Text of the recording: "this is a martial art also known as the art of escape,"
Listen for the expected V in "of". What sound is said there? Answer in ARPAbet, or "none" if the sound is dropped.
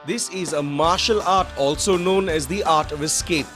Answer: V